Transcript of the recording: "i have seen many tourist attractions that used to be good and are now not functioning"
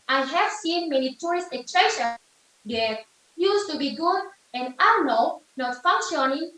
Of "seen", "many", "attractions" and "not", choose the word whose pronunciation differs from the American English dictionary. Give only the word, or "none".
attractions